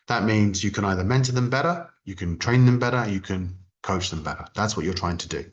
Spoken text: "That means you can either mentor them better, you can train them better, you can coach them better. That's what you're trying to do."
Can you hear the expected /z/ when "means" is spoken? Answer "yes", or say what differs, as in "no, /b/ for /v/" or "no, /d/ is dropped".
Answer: yes